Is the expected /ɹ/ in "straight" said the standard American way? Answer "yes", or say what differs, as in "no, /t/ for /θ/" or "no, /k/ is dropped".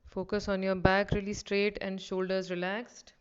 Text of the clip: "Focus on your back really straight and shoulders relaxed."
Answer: yes